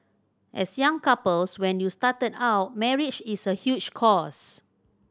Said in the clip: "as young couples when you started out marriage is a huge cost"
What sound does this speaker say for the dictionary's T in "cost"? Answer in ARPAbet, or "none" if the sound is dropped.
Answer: none